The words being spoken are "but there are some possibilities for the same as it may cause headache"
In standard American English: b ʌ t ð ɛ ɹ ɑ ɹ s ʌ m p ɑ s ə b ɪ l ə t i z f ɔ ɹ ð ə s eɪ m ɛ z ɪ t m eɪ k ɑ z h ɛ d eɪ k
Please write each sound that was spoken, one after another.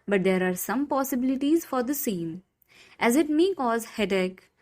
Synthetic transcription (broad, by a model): b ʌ t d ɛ ɹ ɑ ɹ s ʌ m p ɑ s ə b ɪ l ə t i z f ɔ ɹ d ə s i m ɛ z ɪ t m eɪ k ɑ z h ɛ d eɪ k